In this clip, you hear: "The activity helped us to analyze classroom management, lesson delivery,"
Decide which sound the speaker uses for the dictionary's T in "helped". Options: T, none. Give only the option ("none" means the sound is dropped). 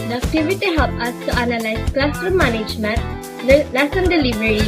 none